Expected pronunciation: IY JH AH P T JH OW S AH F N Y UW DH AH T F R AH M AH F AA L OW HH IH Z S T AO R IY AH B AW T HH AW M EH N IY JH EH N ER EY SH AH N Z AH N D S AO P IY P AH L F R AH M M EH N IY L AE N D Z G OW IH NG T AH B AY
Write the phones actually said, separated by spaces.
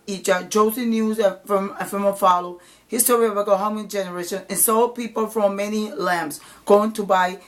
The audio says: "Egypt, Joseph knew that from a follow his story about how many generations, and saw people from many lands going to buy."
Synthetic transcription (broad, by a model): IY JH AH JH OW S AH N Y UW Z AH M F R AH M AH F AA L OW HH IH S T AO R IY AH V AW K HH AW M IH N JH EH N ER EY SH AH N AH N S AO P IY P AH L F R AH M M EH N IY L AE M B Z G OW IH NG T AH B AY